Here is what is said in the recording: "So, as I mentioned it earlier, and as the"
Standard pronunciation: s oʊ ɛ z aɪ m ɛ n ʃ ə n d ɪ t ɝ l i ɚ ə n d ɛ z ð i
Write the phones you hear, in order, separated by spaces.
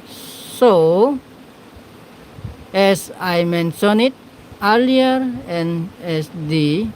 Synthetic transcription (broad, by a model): s oʊ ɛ s aɪ m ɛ n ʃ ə n ɪ t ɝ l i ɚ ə n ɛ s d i